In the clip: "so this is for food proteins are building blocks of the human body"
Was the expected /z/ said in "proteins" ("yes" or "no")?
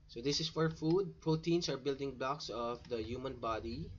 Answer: no